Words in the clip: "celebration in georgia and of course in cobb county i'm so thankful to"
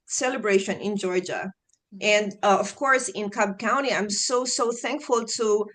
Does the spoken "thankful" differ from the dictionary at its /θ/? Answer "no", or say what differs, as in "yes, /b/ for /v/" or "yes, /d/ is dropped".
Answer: no